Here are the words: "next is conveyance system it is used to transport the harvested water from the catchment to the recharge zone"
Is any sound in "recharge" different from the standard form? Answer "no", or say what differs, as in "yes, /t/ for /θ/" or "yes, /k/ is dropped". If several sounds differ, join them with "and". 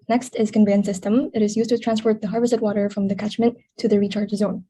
no